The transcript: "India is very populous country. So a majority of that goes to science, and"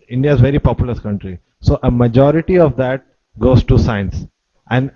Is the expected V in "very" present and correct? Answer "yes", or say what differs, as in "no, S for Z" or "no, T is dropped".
yes